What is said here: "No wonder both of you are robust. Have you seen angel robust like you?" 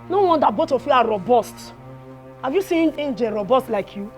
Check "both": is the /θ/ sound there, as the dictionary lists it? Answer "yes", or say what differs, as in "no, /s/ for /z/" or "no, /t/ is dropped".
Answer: no, /t/ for /θ/